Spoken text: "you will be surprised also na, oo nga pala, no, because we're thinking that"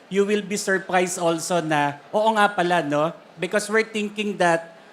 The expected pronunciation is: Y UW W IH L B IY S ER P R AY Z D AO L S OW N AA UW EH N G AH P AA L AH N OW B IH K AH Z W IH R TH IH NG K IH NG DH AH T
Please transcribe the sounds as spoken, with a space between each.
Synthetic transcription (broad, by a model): Y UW W IH L B IY S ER P R AY S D AO L S OW N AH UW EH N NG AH P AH L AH N OW B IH K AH S W IH R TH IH NG K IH NG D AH T